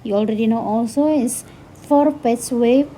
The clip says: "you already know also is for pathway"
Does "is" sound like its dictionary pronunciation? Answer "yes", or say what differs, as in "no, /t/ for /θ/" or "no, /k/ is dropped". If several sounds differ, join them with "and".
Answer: no, /s/ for /z/